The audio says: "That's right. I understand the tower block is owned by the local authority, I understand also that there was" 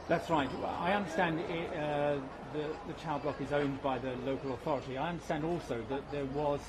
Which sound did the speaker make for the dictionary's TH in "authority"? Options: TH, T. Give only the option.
TH